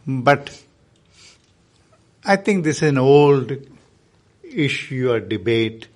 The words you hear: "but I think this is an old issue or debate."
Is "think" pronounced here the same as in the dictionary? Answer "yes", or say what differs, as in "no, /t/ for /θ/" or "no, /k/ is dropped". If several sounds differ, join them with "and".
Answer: no, /t/ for /θ/